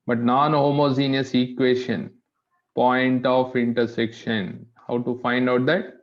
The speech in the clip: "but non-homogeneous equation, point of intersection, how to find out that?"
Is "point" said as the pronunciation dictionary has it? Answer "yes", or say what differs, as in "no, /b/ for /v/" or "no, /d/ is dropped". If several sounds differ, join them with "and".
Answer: yes